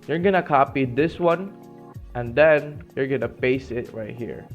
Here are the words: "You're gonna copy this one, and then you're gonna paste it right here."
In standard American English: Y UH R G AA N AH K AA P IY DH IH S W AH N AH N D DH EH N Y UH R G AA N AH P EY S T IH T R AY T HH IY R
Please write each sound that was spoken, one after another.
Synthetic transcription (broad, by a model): Y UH R G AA N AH K AA P IY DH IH S W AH N AH N D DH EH N Y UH R G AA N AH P EY S IH T R AY T HH IY R